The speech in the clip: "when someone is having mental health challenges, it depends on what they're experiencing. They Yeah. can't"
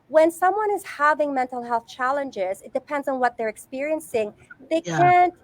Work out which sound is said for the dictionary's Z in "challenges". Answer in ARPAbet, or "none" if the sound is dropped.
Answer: Z